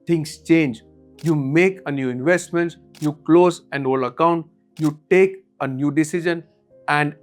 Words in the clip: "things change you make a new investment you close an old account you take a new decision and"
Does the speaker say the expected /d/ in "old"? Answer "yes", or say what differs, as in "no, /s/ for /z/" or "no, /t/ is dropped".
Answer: no, /d/ is dropped